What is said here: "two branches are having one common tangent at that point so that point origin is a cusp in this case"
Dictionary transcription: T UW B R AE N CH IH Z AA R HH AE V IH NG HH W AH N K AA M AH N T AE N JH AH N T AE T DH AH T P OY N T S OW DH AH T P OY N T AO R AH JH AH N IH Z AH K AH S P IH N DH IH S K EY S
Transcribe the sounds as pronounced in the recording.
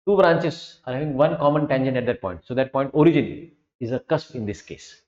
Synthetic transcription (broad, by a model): T UW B R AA N CH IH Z AA R HH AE V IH NG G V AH N K AA M AH N T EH N SH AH N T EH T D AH T P OY N T S OW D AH T P OY N T AO R AH JH AH N IH Z AH K AH S P IH N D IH S K EY S